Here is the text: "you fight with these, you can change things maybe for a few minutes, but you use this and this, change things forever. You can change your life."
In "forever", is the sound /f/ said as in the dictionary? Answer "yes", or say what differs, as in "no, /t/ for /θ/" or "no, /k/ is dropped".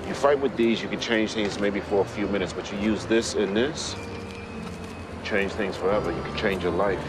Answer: yes